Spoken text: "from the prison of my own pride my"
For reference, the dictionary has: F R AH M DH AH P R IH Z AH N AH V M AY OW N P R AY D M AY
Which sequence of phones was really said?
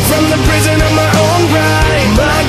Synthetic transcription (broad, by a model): F R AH M DH AH P R IH Z AH N AH V M AY OW N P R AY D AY